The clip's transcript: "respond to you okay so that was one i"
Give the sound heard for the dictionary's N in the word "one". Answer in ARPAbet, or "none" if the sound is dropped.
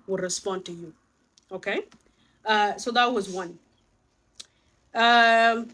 N